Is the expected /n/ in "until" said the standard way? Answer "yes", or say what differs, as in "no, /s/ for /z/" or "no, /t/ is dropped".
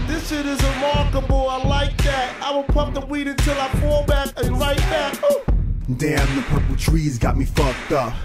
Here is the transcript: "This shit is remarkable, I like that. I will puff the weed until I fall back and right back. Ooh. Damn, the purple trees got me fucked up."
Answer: yes